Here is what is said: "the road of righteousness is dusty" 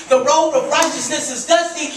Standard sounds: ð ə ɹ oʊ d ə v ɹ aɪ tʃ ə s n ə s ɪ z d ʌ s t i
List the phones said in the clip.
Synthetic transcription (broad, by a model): ð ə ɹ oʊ ə v ɹ aɪ tʃ ə s n ə s ɪ z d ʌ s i